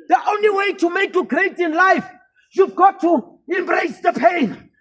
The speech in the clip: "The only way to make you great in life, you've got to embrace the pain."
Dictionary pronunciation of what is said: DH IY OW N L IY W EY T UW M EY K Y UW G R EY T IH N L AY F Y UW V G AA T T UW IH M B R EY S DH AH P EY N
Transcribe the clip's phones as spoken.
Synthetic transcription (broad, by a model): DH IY OW N L IY W EY T UW M EY K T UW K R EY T IH N L AY F Y UW V G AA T T UW IH M B R EY S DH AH P EY N